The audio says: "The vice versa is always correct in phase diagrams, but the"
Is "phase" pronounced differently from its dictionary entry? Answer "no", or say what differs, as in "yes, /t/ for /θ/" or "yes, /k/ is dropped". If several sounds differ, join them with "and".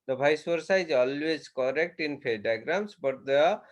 yes, /z/ is dropped